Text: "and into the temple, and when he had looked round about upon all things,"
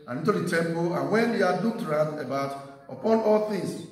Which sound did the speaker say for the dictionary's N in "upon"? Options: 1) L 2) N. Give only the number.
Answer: 2